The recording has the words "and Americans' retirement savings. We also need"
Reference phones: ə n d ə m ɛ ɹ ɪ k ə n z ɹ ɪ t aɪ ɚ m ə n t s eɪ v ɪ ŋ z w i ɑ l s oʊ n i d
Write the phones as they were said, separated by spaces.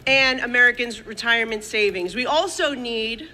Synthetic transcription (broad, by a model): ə n ə m ɛ ɹ ɪ k ə n z ɹ ɪ t aɪ ɚ m ə n t s eɪ v ɪ ŋ z w i ɑ l s oʊ n i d